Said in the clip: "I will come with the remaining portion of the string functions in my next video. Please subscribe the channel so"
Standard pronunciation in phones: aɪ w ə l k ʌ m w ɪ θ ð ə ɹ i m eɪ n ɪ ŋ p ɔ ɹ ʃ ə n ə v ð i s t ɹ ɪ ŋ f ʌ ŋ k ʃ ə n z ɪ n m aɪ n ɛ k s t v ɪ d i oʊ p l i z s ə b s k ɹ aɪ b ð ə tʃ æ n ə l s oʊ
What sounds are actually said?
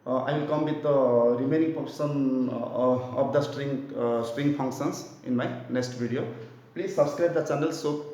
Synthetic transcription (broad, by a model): aɪ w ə l k ʌ m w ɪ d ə ɹ i m eɪ n ɪ ŋ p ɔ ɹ s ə n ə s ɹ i s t ɹ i ŋ p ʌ ŋ k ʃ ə n s ɪ n m aɪ n ɛ k s t b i d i oʊ p l i z s ə b s k ɹ aɪ b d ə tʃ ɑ n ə l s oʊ